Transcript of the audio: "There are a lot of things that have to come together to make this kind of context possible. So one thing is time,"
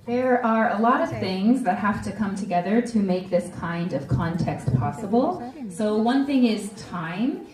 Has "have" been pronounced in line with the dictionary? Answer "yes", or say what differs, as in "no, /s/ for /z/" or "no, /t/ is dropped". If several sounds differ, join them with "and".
no, /f/ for /v/